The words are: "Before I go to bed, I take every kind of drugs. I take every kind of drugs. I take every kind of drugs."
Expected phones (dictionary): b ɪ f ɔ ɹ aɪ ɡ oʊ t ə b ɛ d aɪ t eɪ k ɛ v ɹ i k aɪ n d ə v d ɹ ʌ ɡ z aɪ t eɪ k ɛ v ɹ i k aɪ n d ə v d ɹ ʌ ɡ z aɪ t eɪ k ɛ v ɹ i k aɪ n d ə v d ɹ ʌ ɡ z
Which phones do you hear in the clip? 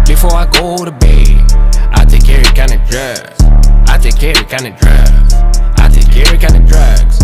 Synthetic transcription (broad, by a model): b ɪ f ɔ ɹ aɪ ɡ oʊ t ə b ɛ aɪ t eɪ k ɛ ɹ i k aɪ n ə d ɹ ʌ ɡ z aɪ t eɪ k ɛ ɹ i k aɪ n ə d ɹ ʌ ɡ z aɪ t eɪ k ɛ ɹ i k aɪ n ə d ɹ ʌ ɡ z